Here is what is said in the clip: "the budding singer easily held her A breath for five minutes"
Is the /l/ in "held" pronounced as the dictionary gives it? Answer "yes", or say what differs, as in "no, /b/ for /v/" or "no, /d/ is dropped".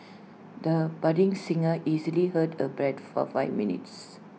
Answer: no, /l/ is dropped